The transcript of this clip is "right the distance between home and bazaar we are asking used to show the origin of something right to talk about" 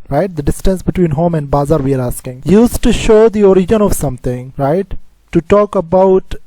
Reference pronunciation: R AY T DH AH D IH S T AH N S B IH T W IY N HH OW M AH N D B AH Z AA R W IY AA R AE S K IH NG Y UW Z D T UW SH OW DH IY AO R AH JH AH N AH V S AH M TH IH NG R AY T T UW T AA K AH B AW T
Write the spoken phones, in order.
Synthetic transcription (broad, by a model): R AY T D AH D IH S T AH N S B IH T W IY N HH OW M AH N D B AH Z AA R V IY AA R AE S K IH NG Y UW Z T UW SH OW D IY AO R AH JH AH N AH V S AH M T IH NG R AY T T UW T AA K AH B AW T